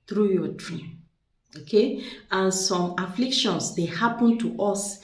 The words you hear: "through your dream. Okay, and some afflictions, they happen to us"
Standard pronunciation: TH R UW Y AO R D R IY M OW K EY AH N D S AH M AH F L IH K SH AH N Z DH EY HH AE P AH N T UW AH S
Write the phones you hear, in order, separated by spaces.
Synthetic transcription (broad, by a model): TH R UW Y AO D R IY M OW K EY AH N S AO M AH F L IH K SH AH N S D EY HH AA P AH N T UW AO S